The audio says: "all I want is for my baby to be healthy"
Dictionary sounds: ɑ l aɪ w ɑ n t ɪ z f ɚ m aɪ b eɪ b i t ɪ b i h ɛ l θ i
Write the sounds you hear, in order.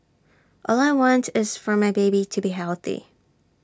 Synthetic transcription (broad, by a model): ɑ l aɪ w ɑ n t ɪ z f ɚ m aɪ b eɪ b i t ɪ b i h ɛ l θ i